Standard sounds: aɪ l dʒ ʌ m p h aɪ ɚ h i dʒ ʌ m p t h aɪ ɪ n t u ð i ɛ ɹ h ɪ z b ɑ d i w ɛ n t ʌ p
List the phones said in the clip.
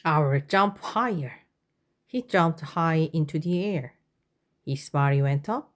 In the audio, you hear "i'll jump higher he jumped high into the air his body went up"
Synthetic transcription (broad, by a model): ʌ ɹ dʒ ʌ m p h aɪ ɚ h i dʒ ʌ m p t h aɪ ɪ n t u ð i ɛ ɹ h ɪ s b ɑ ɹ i w ɛ n t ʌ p